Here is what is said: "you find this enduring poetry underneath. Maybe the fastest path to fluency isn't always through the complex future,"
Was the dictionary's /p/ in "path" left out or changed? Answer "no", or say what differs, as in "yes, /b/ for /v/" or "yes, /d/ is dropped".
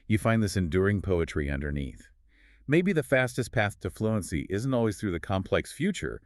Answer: no